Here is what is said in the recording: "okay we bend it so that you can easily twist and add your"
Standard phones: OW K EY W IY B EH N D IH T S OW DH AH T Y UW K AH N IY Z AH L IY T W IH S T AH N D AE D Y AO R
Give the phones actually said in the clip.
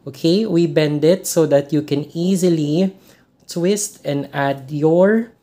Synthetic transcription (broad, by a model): OW K EY W IY B EH N D IH T S OW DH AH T Y UW K AH N IY Z AH L IY T W IH S T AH N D AE D Y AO R